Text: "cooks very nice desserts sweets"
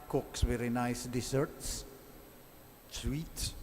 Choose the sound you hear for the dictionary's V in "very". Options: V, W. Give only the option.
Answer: W